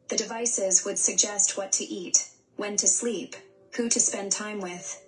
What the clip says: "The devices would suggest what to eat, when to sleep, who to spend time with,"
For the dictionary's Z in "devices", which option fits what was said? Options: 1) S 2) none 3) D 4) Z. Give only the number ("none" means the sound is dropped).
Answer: 4